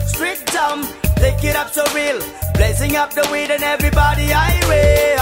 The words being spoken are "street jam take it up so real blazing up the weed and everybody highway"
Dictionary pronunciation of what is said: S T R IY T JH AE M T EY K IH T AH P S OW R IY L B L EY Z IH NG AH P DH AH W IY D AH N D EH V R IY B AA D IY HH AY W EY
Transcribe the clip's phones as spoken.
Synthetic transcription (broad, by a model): S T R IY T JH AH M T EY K IH T AH P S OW R IY L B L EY S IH NG AH P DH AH W IY D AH N EH V R IY B AA D IY AY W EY